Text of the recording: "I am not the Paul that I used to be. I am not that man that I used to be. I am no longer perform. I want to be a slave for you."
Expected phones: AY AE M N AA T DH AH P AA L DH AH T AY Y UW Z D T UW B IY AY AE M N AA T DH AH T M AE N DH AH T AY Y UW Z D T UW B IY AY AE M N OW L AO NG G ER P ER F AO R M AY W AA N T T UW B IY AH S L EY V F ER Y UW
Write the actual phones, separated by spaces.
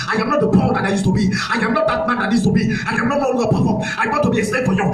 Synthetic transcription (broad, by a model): AY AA M N AA T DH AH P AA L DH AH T AY Y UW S T UW B IY AY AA M N AA T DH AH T M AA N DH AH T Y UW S T UW B IY AY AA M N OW N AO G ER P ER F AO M AY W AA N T T UW B IY AH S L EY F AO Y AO